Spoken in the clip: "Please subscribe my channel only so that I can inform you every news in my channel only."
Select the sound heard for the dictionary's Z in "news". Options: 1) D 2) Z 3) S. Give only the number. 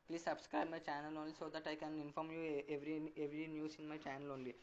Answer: 3